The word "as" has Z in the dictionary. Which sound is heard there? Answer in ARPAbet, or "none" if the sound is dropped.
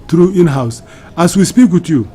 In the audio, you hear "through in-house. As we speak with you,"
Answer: S